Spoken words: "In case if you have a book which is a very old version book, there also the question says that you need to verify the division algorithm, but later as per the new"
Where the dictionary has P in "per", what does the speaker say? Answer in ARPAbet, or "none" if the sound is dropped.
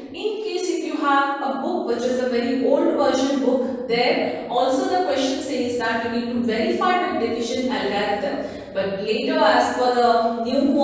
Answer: F